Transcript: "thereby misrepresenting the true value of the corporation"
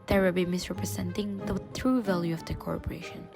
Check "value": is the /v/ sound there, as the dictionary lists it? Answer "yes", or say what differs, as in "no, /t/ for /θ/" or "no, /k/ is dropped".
yes